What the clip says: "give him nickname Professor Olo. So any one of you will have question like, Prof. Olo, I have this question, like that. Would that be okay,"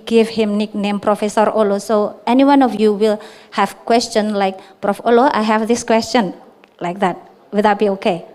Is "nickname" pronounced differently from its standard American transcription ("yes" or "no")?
no